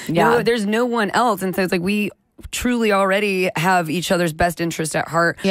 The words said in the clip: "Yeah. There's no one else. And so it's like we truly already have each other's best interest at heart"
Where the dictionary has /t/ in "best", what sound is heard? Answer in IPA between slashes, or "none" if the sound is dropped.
/t/